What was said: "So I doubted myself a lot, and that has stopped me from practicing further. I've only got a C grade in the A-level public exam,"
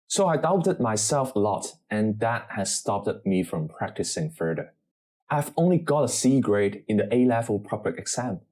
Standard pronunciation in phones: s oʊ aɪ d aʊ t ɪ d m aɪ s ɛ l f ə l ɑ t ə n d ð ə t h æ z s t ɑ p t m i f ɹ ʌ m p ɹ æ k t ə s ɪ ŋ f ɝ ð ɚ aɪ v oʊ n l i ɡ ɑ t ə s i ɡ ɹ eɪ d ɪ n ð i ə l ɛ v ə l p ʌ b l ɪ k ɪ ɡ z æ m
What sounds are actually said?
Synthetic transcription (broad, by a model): s oʊ aɪ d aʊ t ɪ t m aɪ s ɛ l f ə l ɑ t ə n ð ə t h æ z s t ɑ p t m i f ɹ ʌ m p ɹ æ k t ə s ɪ ŋ f ɝ ð ɚ aɪ v oʊ n l i ɡ ɑ t ə s i ɡ ɹ eɪ d ɪ n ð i ə l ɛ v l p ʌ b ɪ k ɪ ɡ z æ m